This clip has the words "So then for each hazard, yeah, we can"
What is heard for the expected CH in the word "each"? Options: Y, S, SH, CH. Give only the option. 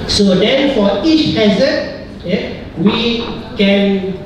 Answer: CH